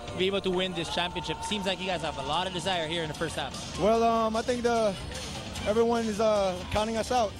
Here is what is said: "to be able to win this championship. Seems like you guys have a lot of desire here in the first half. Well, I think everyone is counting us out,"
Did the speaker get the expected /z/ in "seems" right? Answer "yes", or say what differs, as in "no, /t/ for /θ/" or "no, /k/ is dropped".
yes